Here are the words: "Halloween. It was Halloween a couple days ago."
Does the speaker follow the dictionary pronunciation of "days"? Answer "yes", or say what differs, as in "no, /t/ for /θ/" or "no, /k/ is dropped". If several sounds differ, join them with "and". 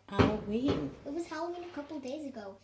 yes